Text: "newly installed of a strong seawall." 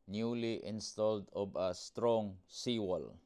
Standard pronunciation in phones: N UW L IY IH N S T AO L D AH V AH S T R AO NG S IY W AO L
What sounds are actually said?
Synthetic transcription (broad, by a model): N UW L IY IH N S T AO L D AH B AH S T R AO NG S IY W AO L